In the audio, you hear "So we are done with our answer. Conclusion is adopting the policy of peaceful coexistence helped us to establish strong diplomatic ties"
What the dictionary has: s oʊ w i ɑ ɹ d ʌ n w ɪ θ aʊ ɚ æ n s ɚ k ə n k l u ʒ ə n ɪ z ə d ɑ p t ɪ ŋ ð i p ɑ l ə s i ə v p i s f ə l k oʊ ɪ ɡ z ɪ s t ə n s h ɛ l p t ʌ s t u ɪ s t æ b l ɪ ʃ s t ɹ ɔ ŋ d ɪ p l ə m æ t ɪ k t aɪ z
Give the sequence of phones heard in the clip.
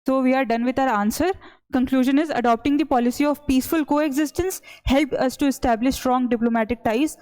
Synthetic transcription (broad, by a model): s oʊ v i ɑ ɹ d ʌ n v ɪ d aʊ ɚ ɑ n s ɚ k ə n k l u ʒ ə n ɪ z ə d ɑ p t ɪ ŋ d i p ɑ l ə s i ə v p i s f ə l k oʊ ɪ ɡ z ɪ s t ə n s h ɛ l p ʌ s t u ɪ s t æ b l ɪ ʃ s t ɹ ɔ ŋ d ɪ p l ə m æ t ɪ k t aɪ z